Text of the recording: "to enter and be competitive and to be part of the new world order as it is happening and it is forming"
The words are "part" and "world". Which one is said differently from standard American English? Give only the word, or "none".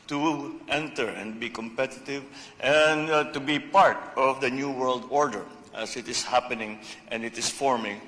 none